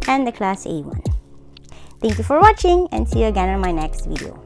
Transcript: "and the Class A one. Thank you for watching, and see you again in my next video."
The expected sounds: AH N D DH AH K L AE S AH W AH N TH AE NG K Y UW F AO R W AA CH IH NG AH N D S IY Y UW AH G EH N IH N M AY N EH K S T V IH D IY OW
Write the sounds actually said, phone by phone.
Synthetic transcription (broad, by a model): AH N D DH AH K L AE S AH W AH N T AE NG K Y UW F AO R W AA CH IH NG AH N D S IY Y UW AH G EH N IH N M AY N EH K S T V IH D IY OW